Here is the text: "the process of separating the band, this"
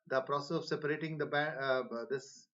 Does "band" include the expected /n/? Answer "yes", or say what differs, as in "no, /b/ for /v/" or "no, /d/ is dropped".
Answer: no, /n/ is dropped